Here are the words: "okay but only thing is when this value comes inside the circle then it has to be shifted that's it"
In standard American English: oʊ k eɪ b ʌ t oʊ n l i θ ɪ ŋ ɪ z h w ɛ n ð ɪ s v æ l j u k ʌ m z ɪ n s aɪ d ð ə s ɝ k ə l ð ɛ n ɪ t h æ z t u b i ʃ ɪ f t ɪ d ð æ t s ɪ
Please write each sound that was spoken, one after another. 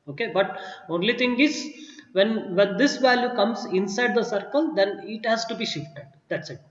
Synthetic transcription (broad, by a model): oʊ k eɪ b ʌ t oʊ n l i t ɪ ŋ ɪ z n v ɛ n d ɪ s v æ l j u k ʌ m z ɪ n s aɪ d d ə s ɝ k ə l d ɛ n ɪ t h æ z t u b i ʃ ɪ f t ɪ d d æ t s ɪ